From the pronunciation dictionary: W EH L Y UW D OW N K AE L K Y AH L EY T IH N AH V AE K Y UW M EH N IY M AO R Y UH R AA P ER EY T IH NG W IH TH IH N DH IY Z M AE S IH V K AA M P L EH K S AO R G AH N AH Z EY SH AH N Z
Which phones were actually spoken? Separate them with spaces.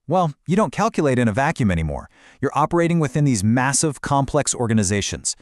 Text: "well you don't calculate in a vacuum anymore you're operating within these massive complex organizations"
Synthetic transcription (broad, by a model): W EH L Y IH D OW N K AE L K Y AH L EY T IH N AH V AE K Y UW M EH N IY M AO R Y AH R AA P ER EY T IH NG W IH TH IH N DH IY Z M AE S IH V K AA M P L EH K S AO R G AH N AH Z EY SH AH N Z